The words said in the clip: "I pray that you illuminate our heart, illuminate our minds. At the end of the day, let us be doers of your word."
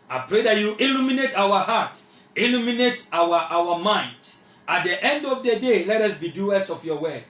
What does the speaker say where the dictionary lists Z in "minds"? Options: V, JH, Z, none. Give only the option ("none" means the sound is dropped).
none